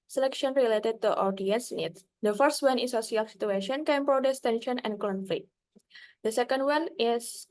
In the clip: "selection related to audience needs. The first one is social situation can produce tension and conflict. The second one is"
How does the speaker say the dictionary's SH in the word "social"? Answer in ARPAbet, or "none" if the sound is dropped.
S